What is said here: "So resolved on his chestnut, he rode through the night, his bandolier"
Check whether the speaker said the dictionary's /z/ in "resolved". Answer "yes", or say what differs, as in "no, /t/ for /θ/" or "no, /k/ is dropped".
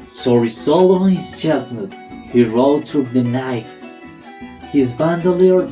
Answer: no, /s/ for /z/